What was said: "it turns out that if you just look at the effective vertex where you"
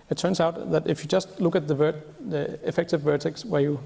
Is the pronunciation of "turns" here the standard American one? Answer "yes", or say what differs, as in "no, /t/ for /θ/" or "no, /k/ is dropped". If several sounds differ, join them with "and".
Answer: no, /s/ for /z/